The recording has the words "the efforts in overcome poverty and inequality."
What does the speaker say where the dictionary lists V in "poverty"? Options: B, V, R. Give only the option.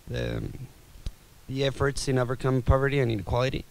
V